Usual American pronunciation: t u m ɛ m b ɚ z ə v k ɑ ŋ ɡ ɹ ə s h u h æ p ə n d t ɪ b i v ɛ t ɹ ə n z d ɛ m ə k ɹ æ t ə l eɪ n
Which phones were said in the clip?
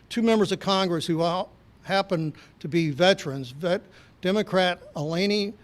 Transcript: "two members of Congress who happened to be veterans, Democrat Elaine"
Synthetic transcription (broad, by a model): t u m ɛ m b ɚ z ə v k ɑ ŋ ɡ ɹ ə s h u h æ p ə n t ɪ b i v ɛ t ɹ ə n z d ɛ m ə k ɹ æ t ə l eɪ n